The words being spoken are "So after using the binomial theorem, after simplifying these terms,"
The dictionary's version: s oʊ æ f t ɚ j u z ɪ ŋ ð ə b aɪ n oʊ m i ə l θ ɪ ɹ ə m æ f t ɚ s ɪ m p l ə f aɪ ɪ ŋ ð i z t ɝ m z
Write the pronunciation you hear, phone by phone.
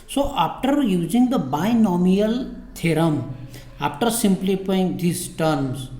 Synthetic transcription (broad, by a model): s oʊ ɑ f t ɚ j u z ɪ ŋ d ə b aɪ n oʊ m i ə l t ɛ ɹ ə m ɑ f t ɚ s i m p l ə p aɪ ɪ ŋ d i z t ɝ m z